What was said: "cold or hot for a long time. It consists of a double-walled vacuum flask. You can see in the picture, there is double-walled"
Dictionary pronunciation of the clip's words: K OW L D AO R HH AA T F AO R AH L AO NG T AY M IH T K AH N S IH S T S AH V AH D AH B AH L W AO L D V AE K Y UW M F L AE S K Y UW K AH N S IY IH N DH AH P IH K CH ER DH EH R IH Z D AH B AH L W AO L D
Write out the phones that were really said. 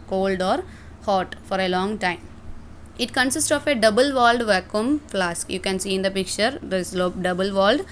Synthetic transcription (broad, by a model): K OW L D AO R HH AA T F AO R AH L AO NG T AY M IH T K AH N S IH S T S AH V AH D AH B AH L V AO L D V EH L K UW M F L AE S K Y UW K AH N S IY IH N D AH P IH K CH ER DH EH L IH D AH B AH L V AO L D